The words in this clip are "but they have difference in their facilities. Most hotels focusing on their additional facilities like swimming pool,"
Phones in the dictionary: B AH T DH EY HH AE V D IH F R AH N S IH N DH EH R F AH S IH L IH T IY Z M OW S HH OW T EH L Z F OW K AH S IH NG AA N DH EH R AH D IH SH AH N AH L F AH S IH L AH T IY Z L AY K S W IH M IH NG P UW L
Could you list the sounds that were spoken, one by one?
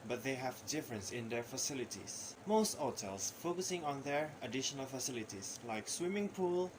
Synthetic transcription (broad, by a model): B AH T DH EY HH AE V D IH F R AH N S IH N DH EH R F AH S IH L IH T IY S M OW S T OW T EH L S F OW K AH S IH NG AA N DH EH R AH D IH SH AH N AH L F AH S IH L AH T IY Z L AY K S W IH M IH NG P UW L